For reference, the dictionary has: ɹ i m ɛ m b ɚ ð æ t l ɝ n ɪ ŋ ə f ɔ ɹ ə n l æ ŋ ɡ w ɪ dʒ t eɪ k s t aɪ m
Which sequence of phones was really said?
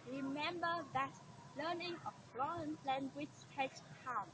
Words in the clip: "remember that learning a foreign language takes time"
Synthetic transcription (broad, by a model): ɹ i m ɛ m b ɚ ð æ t l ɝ n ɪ ŋ ə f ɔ ə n l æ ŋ ɡ w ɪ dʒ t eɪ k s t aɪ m